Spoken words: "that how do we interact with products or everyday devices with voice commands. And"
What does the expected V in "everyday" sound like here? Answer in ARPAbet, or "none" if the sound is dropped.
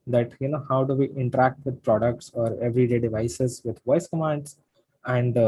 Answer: V